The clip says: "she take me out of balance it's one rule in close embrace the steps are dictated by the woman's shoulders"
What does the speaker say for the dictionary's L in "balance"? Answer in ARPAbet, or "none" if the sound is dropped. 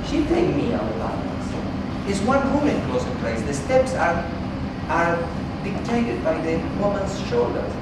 none